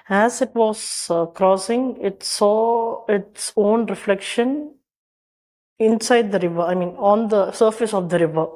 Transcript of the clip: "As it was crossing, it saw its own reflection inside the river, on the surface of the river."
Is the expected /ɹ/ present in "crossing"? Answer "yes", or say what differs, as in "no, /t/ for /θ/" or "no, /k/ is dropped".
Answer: yes